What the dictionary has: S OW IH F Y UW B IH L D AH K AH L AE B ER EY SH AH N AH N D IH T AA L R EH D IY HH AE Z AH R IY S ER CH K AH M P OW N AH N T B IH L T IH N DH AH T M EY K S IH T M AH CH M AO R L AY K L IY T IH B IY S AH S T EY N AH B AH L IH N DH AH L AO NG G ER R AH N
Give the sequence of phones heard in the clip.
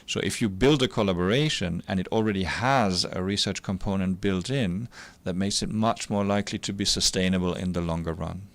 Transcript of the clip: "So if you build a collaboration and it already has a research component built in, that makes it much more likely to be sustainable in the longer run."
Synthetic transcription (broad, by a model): S OW IH F Y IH B IH L D AH K AH L AE B ER EY SH AH N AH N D IH T L R EH D IY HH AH Z AH R IY S ER CH K AH M P OW N AH N T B IH L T IH N DH AH T M EY K S IH T M AH CH M AO R L AY K L IY T IH B IY S AH S T EY N AH B AH L IH N DH AH L AO NG G ER R AH N